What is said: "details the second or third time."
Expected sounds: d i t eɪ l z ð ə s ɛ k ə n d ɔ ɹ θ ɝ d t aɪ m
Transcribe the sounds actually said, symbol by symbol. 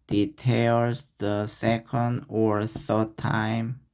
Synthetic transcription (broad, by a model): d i t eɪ l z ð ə s ɛ k ə n d ɔ ɹ θ ɝ d t aɪ m